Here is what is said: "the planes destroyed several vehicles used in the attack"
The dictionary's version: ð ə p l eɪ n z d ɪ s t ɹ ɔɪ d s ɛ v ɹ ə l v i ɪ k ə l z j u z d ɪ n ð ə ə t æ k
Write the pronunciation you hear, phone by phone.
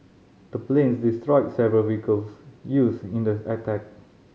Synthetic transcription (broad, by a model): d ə p l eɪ n s d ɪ s t ɹ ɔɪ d s ɛ v ɹ ə l w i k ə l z j u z ɪ n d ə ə t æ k